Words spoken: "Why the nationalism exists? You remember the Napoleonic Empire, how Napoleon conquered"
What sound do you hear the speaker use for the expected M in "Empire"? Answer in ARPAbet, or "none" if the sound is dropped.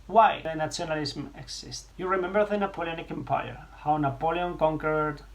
M